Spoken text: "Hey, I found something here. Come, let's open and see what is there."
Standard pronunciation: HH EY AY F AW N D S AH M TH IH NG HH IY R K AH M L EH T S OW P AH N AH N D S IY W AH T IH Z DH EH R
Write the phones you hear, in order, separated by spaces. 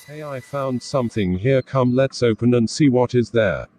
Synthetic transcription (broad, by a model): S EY AY F AW N D S AH M TH IH NG HH IY R K AH M L EH T S OW P AH N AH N S IY W AH T IH Z DH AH R